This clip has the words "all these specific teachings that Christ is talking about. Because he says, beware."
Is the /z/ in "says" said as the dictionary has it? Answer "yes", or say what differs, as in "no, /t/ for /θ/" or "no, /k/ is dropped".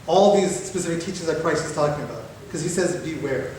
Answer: yes